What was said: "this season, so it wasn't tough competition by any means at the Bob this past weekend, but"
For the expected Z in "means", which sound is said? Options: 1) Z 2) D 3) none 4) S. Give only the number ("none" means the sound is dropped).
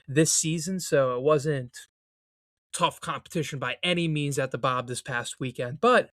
1